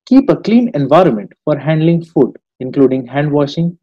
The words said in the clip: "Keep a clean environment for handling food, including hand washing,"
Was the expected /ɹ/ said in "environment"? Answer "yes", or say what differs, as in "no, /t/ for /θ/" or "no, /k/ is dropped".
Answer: yes